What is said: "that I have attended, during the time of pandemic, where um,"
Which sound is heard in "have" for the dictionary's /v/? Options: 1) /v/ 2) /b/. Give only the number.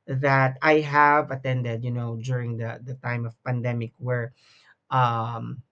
1